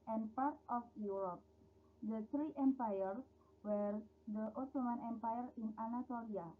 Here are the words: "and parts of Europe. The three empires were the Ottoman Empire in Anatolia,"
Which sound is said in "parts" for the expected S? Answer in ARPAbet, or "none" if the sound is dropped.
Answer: none